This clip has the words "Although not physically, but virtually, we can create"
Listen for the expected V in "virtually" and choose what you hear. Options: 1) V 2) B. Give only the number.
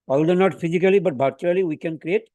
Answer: 2